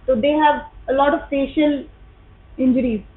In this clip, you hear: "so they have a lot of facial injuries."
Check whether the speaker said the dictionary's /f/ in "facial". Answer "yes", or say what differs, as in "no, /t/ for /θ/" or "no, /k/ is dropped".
no, /p/ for /f/